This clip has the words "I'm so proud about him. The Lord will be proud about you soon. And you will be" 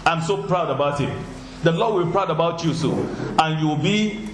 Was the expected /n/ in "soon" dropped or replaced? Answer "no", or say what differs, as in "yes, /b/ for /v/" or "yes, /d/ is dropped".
yes, /n/ is dropped